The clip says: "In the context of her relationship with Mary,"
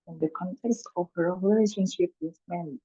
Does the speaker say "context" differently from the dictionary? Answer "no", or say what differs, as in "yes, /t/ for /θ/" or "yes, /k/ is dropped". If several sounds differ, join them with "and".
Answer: no